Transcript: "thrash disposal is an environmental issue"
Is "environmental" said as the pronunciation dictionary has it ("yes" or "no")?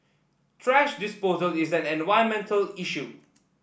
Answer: no